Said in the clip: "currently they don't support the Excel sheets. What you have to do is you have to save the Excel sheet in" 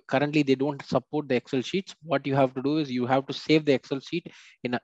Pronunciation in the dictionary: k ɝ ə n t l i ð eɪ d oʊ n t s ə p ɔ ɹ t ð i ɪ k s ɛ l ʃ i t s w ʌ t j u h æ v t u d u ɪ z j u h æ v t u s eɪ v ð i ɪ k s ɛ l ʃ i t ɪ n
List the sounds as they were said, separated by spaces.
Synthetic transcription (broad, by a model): k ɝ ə n t l i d eɪ d oʊ n t s ə p ɔ ɹ t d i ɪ k s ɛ l ʃ i t s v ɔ t j u h æ v t u d u ɪ z j u h æ v t u s eɪ v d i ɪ k s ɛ l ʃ i t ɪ n